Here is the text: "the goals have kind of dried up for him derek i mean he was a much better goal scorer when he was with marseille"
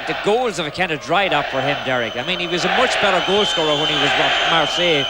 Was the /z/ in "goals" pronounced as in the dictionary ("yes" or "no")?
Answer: yes